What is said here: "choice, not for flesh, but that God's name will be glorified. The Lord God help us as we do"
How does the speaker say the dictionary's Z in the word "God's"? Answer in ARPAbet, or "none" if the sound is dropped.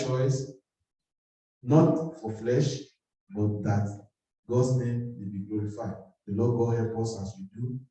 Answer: S